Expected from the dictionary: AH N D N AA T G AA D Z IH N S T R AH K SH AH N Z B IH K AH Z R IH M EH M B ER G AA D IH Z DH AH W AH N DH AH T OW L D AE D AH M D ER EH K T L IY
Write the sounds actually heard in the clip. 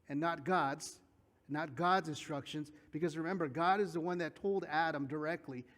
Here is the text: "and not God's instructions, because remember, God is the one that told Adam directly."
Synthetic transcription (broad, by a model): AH N D N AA T G AA D Z IH N S T R AH K SH AH N Z B IH K AH Z R IH M EH M B ER G AA D IH Z DH AH W AH N DH AH T OW L D AE D AH M D ER EH K T L IY